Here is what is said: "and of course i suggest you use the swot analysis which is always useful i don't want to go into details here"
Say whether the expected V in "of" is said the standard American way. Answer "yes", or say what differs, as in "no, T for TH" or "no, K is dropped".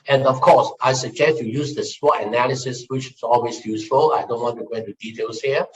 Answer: no, F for V